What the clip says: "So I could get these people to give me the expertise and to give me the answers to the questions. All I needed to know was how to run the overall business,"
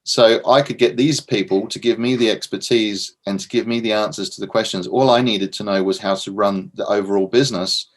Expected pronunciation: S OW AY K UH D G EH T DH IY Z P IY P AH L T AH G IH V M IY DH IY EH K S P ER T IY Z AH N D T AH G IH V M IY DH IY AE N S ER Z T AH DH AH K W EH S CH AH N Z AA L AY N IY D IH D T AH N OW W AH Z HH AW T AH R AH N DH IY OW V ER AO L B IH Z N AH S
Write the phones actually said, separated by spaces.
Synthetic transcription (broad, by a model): S OW AY K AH D G EH T DH IY Z P IY P AH L T AH G IH V M IY DH IY EH K S P ER T IY Z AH N T AH G IH V M IY DH IY AE N S ER Z T AH DH AH K W EH S CH AH N Z AA L AY N IY D IH D T AH N OW W AH Z HH AW T AH R AH N DH IY OW V ER AO L B IH Z N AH S